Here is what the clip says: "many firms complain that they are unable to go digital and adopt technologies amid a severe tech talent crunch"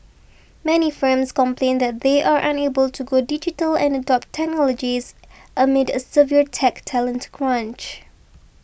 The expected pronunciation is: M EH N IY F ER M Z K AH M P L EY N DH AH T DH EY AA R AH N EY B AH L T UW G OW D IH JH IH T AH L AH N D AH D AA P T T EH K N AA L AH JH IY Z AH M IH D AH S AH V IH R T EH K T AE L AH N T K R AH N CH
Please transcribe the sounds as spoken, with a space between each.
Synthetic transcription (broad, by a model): M EH N IY F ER M S K AH M P L EY N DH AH T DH EY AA R AH N EY B AH L T UW G OW D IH JH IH T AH L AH N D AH D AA P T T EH K N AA L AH JH IY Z AH M IH D AH S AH V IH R T EH K T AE L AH N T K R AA N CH